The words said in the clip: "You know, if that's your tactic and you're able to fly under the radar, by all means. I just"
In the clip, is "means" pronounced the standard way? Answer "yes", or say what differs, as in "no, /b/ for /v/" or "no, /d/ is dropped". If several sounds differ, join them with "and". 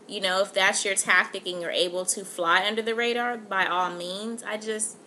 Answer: yes